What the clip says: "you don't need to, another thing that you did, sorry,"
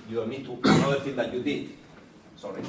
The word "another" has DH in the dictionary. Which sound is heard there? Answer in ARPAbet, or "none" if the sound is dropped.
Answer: none